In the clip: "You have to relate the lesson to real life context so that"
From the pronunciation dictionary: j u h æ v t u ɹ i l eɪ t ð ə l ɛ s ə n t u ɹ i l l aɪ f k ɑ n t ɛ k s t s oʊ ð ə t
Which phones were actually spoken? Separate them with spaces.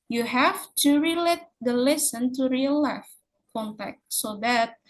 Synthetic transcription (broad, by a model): j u h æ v t u ɹ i l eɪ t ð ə l ɛ s ə n t u ɹ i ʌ l aɪ f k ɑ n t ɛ k t s oʊ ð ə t